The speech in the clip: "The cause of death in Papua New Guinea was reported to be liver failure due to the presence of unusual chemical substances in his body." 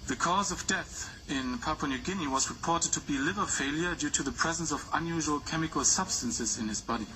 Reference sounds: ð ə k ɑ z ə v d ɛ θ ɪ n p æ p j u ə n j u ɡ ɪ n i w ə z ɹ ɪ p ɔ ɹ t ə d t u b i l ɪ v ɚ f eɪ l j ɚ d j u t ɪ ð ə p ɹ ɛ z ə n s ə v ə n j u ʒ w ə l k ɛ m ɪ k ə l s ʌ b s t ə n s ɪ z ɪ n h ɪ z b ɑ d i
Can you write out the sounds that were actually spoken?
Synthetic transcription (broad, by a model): ð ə k ɑ z ə v d ɛ θ ɪ n p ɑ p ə n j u ɡ ɪ n i w ə z ɹ ɪ p ɔ ɹ t ə d t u b i l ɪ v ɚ f eɪ l j ɚ d j u t ɪ ð ə p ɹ ɛ z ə n s ə v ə n j u ʒ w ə l k ɛ m ɪ k ə l s ʌ b s t ə n s ɪ z ɪ n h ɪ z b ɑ d i